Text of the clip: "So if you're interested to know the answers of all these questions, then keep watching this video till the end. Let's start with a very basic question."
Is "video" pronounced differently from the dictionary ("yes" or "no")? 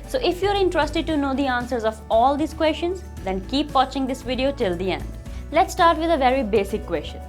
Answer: no